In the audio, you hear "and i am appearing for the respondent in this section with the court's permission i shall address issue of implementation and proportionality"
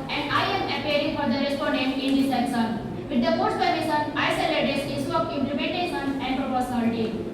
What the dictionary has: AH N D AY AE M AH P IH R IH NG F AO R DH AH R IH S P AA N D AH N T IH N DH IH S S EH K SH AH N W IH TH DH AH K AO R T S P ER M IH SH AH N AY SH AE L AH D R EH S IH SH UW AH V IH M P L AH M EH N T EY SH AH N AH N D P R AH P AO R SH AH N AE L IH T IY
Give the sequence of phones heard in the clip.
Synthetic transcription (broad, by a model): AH N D AY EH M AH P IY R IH NG F AO R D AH R IH S P AA N D AH N T IH N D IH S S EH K S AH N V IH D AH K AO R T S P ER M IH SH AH N AY S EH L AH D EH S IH S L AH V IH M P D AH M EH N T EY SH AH N AH N D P R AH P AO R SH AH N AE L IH T IY